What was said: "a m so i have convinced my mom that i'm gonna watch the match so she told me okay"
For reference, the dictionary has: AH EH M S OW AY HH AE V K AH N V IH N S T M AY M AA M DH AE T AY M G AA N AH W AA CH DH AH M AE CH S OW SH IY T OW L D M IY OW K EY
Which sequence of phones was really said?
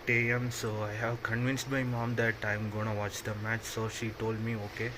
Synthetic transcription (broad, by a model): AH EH M S OW AY HH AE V K AH N V IH N S T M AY M AA M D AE T AY M G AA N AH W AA CH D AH M AE CH S OW SH IY T OW L D M IY OW K EY